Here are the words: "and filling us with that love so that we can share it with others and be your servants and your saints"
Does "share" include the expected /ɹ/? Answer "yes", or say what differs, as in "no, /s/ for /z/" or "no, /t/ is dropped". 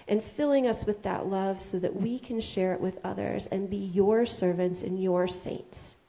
yes